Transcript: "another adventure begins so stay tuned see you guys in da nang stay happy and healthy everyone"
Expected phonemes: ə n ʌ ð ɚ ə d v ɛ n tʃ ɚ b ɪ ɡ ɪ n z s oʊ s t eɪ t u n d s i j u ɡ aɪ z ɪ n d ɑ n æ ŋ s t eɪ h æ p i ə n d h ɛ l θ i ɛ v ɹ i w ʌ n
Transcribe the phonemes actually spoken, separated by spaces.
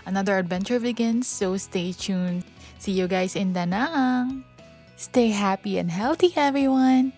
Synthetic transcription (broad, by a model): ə n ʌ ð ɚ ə d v ɛ n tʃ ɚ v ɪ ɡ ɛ n s oʊ s t eɪ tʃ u n s i j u ɡ aɪ s ɪ n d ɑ n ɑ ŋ s t eɪ h æ p i ə n d h ɛ l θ i ɛ v ɹ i w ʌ n